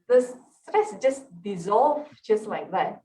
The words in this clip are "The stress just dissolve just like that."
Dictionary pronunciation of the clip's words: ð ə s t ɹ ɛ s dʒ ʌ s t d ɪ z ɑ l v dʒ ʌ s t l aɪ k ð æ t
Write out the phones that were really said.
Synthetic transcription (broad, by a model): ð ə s s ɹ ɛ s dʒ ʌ s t d ɪ z ɑ l v dʒ ʌ s t l aɪ k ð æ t